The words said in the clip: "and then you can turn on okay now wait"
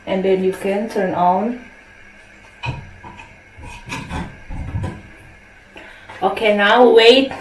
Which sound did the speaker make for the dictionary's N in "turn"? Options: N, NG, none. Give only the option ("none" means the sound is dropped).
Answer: N